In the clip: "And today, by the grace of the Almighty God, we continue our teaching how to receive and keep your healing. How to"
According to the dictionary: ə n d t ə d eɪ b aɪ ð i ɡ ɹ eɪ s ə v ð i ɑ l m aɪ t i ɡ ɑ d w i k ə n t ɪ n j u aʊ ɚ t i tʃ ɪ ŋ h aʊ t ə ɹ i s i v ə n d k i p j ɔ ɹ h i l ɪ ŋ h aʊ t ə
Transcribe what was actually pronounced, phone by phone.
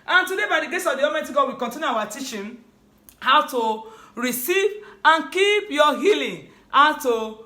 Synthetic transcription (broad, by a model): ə n t ə d eɪ b aɪ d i ɡ eɪ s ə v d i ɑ m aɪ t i ɡ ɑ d w i k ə n t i n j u aʊ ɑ t i tʃ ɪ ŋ h aʊ t ə ɹ i s i v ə n k i p j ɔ h i l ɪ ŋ h aʊ t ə